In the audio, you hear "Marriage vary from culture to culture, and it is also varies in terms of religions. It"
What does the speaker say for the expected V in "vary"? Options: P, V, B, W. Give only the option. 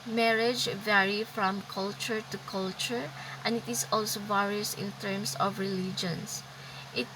V